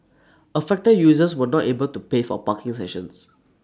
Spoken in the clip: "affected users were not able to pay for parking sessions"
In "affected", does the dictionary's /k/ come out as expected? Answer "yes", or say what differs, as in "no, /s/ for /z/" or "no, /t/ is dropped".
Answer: yes